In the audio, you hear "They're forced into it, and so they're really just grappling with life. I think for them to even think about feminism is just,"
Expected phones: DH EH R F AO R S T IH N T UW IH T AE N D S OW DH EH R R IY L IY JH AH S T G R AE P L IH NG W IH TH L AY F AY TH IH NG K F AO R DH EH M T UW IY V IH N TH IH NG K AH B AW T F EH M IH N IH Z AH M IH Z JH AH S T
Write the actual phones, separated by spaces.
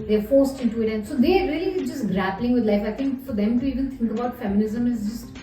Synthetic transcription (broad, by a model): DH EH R F AO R S T IH N T UW IH T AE N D S OW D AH R R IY L IY JH AH S T G R AE P L IH NG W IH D L AY F AY T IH NG K F AO R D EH M T UW IY V IH N T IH NG K AH B AW T F EH M IH N IH Z AH M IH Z JH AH S T